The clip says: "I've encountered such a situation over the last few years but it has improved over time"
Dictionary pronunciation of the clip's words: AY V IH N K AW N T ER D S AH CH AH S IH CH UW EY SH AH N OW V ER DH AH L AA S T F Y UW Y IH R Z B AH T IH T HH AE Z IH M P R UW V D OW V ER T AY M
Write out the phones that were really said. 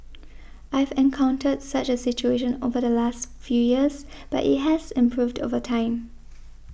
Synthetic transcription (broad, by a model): AY V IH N K AW N T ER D S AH CH AH S IH CH UW EY SH AH N OW V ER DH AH L AA S T F Y UW Y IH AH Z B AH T IH T HH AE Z IH M P R UW V D OW V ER T AY M